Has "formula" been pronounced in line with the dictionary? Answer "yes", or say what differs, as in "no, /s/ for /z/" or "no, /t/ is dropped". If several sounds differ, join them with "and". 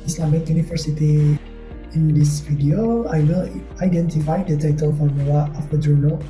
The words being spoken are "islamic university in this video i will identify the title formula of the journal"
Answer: no, /w/ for /l/